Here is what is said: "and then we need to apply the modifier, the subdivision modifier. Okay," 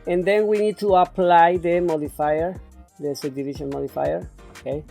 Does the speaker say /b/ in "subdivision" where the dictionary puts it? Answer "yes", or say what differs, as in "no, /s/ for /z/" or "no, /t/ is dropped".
no, /b/ is dropped